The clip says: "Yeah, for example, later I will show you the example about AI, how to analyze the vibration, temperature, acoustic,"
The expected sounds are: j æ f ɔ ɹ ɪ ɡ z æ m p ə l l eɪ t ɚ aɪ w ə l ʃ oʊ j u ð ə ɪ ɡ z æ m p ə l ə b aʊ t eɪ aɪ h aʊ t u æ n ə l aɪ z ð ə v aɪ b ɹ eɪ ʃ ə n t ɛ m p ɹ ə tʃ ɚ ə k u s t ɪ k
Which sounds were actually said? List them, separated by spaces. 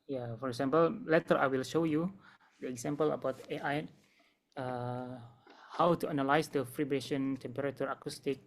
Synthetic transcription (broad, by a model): j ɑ f ɔ ɹ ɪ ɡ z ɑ m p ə l l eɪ t ɚ aɪ w ə l ʃ oʊ j u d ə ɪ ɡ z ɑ m p ə l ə b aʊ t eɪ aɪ h aʊ t u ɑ n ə l aɪ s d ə f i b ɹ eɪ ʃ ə n t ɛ m p ɹ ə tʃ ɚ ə k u s t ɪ k